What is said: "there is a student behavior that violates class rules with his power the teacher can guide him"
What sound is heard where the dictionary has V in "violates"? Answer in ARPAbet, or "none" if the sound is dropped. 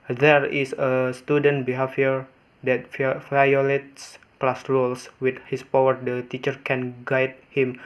F